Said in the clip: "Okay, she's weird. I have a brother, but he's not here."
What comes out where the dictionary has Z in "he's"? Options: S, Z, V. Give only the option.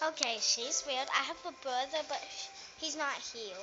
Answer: Z